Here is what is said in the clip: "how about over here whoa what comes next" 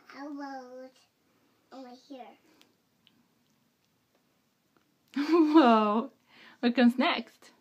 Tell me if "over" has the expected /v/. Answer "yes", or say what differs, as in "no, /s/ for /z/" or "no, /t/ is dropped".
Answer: no, /v/ is dropped